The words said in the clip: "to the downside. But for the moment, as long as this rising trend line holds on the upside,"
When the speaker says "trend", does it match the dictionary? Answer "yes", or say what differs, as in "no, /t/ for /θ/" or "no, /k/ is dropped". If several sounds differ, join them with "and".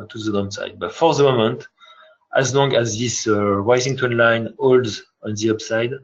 no, /ɹ/ is dropped